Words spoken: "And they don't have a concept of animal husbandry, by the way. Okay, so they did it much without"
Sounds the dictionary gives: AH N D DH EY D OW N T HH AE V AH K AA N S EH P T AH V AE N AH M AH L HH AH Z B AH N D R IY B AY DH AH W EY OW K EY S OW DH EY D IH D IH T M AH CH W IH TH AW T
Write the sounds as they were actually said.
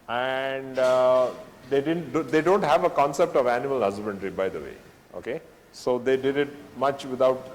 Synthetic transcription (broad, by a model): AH N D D EY D OW N T HH AE V AH K AA N S EH P T AH V AE N AH M AH L HH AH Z B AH N D R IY B AY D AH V EY OW K EY S OW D EY D IH D IH T M AH CH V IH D AW T